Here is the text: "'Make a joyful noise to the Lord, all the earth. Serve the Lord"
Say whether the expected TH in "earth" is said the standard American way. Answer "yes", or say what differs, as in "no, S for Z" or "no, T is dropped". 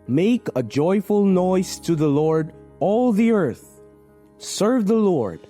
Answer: yes